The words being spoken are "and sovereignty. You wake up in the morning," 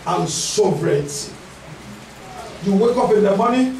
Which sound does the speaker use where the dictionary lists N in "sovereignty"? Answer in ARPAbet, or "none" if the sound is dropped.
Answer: none